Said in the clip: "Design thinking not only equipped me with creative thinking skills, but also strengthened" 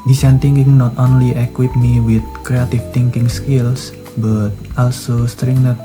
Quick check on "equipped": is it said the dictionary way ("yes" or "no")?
no